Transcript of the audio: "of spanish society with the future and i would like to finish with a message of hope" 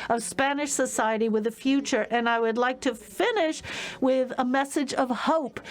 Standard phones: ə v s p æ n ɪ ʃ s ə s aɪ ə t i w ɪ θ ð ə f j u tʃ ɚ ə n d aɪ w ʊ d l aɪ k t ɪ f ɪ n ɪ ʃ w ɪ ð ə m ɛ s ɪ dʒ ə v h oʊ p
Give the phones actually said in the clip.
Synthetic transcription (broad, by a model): ə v s p æ n ɪ ʃ s ə s aɪ ə t i w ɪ ð ə f j u tʃ ɚ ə n aɪ w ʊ d l aɪ k t ɪ f ɪ n ɪ ʃ w ɪ ð ə m ɛ s ɪ dʒ ə v h oʊ p